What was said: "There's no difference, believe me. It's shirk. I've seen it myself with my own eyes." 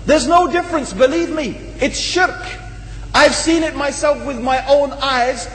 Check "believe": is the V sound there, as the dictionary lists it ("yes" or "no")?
yes